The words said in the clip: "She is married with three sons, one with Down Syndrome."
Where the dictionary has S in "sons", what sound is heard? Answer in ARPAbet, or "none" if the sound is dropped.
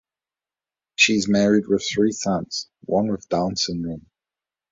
TH